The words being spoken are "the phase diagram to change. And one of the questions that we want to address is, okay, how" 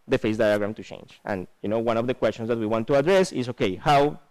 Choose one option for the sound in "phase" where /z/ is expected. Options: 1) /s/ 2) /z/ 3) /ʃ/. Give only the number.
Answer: 1